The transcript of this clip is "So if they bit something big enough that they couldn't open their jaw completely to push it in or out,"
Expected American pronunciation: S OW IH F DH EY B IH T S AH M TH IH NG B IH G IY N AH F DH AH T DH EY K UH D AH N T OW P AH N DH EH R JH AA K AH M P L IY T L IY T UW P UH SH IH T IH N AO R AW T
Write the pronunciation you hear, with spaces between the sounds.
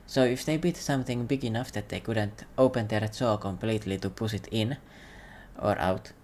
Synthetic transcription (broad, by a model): S OW IH F DH EY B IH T S AH M TH IH NG B IH G IY N AH F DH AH T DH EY K UH D AH N T OW P AH N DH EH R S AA K AH M P L IY T L IY T UW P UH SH IH T IH N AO R AW T